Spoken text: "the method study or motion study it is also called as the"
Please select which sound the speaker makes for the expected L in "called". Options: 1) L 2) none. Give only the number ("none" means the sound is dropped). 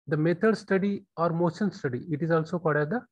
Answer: 2